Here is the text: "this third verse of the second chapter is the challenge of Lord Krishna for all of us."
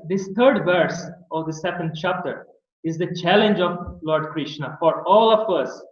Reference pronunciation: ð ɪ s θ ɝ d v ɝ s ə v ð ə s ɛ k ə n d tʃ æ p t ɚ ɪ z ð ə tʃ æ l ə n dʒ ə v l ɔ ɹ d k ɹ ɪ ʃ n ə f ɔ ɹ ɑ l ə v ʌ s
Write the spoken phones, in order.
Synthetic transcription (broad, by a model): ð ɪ s t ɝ d v ɝ s ə v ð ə s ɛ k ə n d tʃ æ p t ɚ ɪ z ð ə tʃ æ l ə n dʒ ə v l ɔ ɹ d k ɹ ɪ ʃ n ə f ɔ ɹ ɑ l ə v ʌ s